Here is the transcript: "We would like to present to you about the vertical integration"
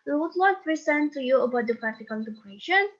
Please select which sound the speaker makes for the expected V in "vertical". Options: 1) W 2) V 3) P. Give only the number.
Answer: 3